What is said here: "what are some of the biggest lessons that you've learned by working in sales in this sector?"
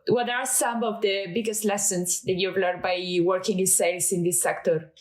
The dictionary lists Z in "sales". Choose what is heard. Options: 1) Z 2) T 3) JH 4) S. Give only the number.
4